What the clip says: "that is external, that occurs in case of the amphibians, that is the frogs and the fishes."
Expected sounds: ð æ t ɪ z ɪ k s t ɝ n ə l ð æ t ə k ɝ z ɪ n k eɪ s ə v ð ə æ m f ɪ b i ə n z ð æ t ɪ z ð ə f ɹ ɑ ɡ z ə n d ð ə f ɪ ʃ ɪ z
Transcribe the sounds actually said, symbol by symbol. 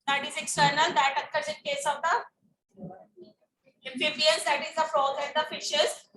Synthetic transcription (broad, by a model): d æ t ɪ z ɪ k s t ɝ n ə l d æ t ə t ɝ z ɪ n k eɪ s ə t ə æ f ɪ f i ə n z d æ t ɪ z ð ə f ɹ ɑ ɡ ə n d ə f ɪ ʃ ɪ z